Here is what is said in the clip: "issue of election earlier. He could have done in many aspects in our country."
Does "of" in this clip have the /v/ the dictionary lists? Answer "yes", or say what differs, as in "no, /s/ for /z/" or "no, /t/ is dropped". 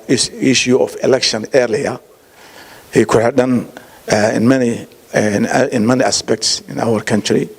no, /f/ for /v/